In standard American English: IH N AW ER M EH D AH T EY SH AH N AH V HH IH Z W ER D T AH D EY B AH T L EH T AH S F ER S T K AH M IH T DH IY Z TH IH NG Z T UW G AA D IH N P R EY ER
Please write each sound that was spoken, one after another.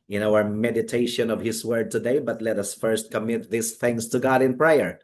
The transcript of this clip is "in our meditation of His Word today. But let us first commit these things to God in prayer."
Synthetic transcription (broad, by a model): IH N AW ER M EH D AH T EY SH AH N AH V HH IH S W ER D T AH D EY B AH T L EH T AH S F ER S T K AH M IH T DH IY S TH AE NG S T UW G AA D IH N P R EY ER